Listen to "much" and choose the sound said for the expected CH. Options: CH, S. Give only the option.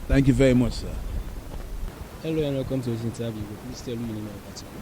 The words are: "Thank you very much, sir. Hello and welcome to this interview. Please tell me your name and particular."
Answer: CH